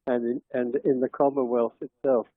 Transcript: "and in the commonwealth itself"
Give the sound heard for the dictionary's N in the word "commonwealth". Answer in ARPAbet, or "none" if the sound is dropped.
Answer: none